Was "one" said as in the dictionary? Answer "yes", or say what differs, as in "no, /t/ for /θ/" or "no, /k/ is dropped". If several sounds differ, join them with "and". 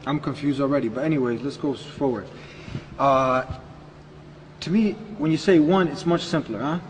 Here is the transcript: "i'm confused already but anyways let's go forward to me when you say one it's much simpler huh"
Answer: yes